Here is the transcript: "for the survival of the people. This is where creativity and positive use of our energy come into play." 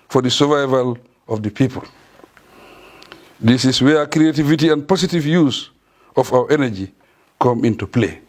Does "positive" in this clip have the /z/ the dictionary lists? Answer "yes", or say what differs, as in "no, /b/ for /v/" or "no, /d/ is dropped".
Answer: no, /s/ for /z/